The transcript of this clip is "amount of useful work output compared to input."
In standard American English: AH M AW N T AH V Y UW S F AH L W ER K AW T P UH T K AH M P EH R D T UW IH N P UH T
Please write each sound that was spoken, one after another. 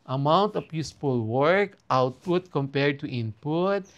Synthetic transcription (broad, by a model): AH M AW N T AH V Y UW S P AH L W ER K AW T P UH T K AH M P EH R D T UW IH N P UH T